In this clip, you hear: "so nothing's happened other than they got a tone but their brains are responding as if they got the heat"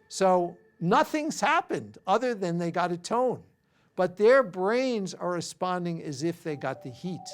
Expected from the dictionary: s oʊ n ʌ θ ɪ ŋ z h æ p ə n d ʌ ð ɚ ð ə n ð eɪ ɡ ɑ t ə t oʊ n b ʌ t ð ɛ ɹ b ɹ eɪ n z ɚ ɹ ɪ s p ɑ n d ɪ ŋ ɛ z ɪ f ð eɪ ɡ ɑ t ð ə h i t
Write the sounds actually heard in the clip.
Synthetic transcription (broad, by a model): s oʊ n ʌ θ ɪ ŋ z h æ p ə n d ʌ ð ɚ ð ə n ð eɪ ɡ ɑ t ə t oʊ n b ʌ t ð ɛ ɹ b ɹ eɪ n z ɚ ɹ ɪ s p ɑ n d ɪ ŋ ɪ z ɪ f ð eɪ ɡ ɑ t ð ə h i t